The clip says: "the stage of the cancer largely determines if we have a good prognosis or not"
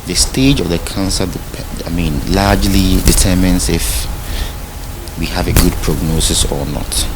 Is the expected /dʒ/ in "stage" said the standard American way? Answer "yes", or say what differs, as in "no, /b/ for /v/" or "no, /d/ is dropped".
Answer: yes